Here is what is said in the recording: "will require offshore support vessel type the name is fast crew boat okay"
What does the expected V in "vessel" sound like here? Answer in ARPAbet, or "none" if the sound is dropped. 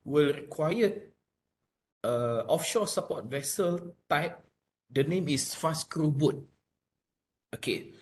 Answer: V